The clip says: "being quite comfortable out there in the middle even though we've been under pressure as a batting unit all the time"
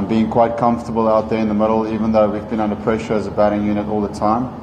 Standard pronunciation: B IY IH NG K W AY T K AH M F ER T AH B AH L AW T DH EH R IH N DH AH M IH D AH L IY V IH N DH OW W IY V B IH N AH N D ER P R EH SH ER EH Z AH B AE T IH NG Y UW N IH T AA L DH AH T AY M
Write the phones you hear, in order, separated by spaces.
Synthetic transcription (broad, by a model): B IY IH NG K W AY T K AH M F T AH B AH L AW T DH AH R IH N DH AH M IH D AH L IY V IH N DH OW W IY V B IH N AH N D ER P R EH SH ER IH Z AH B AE T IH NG Y UW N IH T AA L DH AH T AY M